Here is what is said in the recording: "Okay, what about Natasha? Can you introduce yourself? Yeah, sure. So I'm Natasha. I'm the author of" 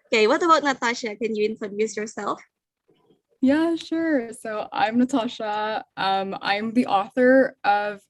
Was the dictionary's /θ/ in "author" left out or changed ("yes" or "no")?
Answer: no